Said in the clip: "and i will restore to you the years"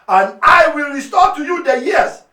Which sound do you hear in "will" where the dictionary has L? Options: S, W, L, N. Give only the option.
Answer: L